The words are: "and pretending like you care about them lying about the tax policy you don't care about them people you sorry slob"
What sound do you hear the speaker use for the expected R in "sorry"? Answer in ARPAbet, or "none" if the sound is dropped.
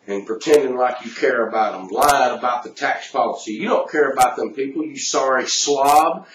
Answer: R